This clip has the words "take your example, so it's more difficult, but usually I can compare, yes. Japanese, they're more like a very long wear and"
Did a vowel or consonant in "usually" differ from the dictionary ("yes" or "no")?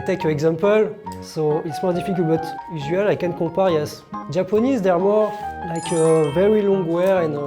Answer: yes